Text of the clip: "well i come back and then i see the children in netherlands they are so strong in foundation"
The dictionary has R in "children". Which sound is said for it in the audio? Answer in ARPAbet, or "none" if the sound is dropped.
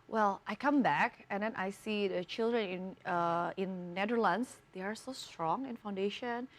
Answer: R